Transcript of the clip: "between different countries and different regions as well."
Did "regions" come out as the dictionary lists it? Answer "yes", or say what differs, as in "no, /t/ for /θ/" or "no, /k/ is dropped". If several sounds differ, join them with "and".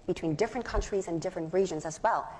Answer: yes